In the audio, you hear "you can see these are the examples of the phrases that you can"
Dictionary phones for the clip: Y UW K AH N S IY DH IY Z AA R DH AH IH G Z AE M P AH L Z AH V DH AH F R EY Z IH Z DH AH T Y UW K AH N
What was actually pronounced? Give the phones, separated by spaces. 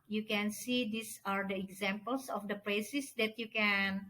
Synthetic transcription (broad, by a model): Y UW K AH N S IY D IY S AA R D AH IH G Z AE M P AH L S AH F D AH P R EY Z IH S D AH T Y UW K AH N